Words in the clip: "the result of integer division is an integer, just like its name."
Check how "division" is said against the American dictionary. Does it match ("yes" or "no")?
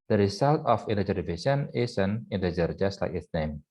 no